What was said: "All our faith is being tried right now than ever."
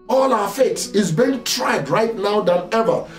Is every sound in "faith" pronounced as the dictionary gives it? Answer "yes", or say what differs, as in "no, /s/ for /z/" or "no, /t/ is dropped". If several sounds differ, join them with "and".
no, /s/ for /θ/